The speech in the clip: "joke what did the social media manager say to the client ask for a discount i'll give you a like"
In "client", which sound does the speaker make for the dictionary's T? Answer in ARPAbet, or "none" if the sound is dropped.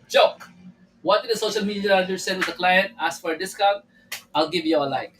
T